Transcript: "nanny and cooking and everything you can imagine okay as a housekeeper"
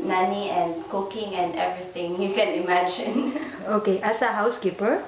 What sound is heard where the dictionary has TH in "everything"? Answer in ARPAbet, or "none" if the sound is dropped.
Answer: T